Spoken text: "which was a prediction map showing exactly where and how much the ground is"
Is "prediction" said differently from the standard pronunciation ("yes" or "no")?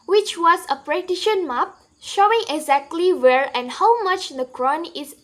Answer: yes